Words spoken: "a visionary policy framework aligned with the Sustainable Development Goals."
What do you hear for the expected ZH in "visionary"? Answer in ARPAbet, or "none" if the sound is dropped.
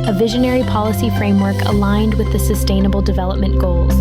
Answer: ZH